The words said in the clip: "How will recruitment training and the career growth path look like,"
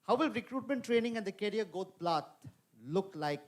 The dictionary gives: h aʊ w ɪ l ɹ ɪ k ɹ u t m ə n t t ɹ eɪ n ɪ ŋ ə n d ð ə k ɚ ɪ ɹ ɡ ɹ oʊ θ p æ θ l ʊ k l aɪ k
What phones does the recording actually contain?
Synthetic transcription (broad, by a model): h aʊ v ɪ l ɹ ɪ k ɹ u t m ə n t t ɹ eɪ n ɪ ŋ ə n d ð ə k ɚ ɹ ɡ oʊ t p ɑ t l ʊ k l aɪ k